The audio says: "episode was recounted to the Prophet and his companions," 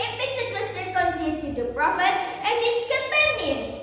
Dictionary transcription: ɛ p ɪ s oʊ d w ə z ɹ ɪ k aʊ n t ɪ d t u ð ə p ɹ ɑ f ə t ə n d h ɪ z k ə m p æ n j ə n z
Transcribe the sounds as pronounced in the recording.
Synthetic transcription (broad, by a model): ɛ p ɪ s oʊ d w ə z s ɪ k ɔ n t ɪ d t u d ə p ɹ ɑ f ə t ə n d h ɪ s k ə m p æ n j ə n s